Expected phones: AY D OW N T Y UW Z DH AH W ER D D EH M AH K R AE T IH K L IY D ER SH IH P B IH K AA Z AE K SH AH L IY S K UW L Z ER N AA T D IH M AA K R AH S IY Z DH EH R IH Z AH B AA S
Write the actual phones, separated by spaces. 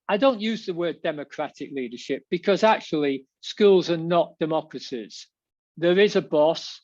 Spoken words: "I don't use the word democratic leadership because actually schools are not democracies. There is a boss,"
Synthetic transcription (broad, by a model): AY D OW N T Y UW Z DH AH W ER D D EH M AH K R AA T IH K L IY D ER SH IH P B IH K AA Z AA K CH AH L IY S K UW L Z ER N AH T D IH M AA K R AH S IY Z DH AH R IH Z AH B AA S